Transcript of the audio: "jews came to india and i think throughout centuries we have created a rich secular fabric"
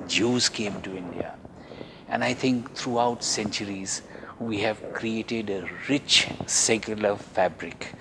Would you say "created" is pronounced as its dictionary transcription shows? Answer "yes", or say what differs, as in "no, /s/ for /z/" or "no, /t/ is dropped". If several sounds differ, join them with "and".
yes